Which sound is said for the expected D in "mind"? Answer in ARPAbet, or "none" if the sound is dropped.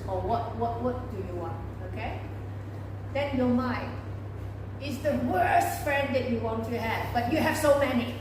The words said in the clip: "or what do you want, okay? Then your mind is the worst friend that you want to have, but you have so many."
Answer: none